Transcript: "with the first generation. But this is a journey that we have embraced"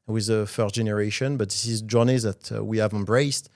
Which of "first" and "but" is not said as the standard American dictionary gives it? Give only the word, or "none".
first